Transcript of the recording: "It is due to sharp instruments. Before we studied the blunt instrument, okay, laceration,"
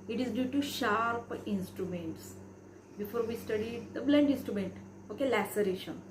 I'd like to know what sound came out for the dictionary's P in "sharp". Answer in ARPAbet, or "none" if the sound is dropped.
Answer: P